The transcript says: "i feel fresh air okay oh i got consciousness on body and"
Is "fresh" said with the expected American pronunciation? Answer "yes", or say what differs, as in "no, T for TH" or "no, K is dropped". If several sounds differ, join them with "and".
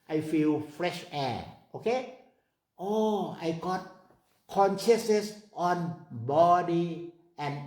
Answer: yes